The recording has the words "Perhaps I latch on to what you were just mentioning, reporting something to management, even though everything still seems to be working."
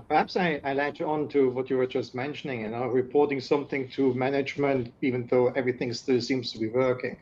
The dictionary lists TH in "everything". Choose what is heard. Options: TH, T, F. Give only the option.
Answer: TH